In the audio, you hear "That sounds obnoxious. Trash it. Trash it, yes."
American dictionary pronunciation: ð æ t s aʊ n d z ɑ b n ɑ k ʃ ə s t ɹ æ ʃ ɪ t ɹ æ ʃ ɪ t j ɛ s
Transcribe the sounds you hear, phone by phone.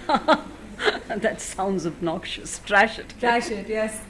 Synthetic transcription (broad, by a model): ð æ t s aʊ n d z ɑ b n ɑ k ʃ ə s t ɹ æ ʃ ɪ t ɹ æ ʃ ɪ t j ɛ s